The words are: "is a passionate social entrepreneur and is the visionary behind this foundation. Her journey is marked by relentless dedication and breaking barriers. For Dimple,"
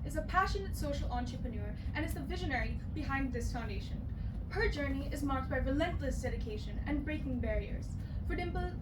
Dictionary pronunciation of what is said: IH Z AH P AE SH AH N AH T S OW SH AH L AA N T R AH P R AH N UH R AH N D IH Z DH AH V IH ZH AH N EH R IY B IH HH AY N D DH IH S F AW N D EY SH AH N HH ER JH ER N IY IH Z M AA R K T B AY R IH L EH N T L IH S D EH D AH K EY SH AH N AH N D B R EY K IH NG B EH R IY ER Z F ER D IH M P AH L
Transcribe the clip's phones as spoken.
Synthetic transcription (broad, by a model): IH Z AH P AE SH AH N AH T S OW SH L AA N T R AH P AH N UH R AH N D IH Z DH AH V IH ZH AH N EH R IY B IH HH AY N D DH IH S F AW N D EY SH AH N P ER JH ER N IY IH Z M AA R K T B AY R IH L EH N T L IH S D EH D AH K EY SH AH N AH N B R EY K IH NG B EH R IY ER Z F ER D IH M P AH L